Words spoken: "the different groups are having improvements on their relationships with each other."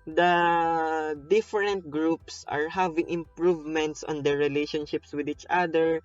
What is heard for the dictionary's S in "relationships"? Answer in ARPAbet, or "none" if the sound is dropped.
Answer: S